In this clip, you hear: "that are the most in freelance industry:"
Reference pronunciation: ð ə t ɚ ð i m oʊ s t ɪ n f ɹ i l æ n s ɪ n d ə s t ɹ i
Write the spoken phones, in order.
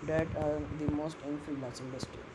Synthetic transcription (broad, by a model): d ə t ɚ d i m oʊ s t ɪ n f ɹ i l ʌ s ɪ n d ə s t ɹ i